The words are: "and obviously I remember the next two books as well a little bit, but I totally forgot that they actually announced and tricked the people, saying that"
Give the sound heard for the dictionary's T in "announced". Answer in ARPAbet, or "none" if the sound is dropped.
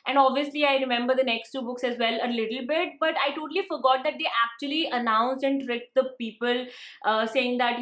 none